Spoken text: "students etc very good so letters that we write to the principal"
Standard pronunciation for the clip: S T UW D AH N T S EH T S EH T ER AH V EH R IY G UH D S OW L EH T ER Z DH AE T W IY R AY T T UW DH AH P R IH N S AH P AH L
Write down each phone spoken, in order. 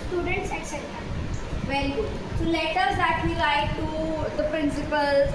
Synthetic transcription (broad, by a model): S T UW D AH N T S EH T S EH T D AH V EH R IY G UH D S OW L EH T ER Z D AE T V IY L AY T T UW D AH P R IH N S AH P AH L